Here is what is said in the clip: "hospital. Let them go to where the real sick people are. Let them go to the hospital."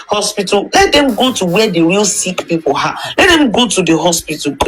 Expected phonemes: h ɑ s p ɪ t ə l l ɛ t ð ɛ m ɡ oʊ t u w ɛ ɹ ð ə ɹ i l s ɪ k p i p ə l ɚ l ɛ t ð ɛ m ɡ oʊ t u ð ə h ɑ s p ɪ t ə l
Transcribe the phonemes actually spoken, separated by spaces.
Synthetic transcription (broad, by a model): h ɑ s p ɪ t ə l l ɛ t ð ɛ m ɡ oʊ t u w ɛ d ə w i l s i k p i p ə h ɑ l ɛ t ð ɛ m ɡ oʊ t u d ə h ɑ s p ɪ t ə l